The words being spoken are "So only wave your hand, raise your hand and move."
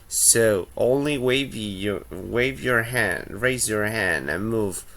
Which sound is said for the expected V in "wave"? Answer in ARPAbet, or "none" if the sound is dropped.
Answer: V